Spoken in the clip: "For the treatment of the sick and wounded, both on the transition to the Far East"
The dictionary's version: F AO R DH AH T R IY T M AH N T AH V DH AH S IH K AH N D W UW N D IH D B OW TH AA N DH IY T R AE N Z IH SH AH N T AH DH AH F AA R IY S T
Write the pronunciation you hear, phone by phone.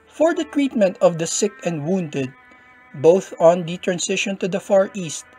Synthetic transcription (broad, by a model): F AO R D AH T R IY T M AH N T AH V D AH S IH K AH N D W UW N D IH D B OW TH AA N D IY T R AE N S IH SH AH N T AH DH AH F AA R IY S T